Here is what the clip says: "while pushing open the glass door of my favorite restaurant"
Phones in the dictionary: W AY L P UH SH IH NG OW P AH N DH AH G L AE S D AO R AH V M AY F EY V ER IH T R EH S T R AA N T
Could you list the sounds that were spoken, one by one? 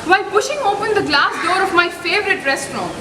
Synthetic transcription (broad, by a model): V AY L P UH SH IH NG OW P AH N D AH G L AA S D AO R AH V M AY F EY V ER IH T R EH S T R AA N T